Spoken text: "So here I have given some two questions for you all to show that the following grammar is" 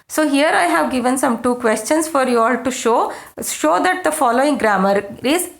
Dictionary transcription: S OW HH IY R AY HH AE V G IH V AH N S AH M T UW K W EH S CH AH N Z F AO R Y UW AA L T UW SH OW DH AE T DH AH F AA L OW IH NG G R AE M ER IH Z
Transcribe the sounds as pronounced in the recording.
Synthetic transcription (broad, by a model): S OW HH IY R AY HH AE V G IH V AH N S AH M T UW K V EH S CH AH N S F AO R Y UW AA L T UW SH OW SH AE T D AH F AA L OW IH NG G R AE M ER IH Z